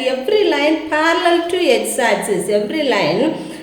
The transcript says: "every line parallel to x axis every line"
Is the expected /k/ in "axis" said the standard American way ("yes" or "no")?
no